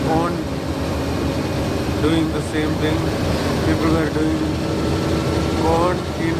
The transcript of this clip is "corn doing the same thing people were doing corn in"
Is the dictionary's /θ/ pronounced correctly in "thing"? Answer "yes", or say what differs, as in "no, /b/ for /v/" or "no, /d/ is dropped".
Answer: no, /t/ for /θ/